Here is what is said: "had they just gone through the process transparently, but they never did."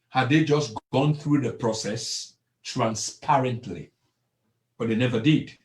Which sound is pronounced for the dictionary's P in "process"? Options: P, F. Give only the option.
P